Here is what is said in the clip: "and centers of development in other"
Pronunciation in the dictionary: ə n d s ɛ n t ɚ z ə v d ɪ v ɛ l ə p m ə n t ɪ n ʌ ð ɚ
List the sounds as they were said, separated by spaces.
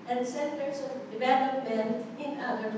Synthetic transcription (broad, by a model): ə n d s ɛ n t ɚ s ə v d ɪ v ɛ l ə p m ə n ɪ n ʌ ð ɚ